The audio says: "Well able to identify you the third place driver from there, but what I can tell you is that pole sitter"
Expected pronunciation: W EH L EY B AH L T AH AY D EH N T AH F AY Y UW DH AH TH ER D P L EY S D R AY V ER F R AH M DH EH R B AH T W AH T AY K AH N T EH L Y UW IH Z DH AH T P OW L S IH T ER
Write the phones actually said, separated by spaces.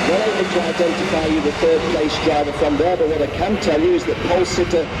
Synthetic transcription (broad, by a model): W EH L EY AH T AH AY D EH N T AH F AY Y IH DH AH TH ER D P L EY S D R AY V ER F R AH M DH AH R B AH T W AH T AY K AH N T EH L Y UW IH Z DH AH T P OW L S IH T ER